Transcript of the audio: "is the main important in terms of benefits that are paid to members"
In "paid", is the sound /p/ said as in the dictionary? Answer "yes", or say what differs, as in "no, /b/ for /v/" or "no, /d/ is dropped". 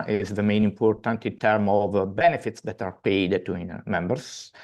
yes